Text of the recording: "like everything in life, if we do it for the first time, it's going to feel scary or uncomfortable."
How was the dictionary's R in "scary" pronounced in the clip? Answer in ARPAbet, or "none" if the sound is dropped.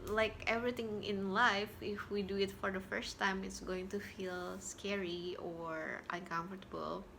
R